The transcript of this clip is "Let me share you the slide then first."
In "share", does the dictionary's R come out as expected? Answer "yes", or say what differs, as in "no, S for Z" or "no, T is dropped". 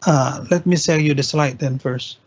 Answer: no, L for R